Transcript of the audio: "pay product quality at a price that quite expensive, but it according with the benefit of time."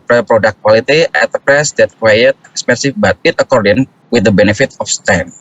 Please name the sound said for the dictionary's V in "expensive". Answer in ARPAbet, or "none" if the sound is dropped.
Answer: F